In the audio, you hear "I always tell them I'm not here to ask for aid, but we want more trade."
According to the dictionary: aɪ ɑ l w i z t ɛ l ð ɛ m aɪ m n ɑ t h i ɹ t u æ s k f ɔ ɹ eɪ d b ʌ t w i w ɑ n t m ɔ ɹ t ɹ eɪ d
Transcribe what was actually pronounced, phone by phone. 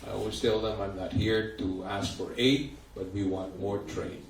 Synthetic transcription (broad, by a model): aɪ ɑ w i s t ɛ l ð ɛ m aɪ m n ɑ t h i ɹ t u æ s k f ɔ ɹ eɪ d b ʌ t w i w ɑ n t m ɔ ɹ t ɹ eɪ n